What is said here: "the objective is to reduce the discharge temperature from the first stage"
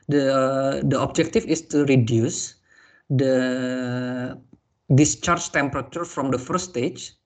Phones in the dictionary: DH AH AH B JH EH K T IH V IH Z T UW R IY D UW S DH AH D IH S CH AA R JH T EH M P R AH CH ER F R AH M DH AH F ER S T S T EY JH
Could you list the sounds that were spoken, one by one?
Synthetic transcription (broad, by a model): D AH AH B JH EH K T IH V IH S T UW R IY D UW S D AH D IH S CH AA R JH T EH M P R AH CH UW F R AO M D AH F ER T S T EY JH